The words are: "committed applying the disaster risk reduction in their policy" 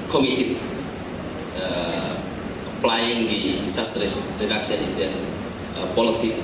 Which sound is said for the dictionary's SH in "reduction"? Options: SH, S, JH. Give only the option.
S